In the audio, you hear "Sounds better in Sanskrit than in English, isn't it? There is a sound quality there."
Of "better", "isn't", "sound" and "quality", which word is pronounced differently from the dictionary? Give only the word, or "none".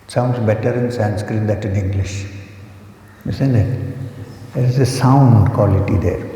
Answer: isn't